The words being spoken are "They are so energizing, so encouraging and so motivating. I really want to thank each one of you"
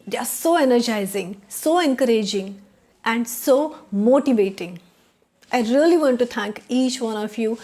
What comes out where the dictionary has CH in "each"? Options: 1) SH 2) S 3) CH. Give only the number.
3